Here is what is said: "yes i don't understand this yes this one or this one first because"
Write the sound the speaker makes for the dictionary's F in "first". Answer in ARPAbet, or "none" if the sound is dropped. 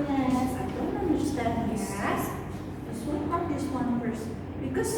P